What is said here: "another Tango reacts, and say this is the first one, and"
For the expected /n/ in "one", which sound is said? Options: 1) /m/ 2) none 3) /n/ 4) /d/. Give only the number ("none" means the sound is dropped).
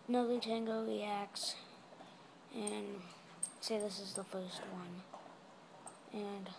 3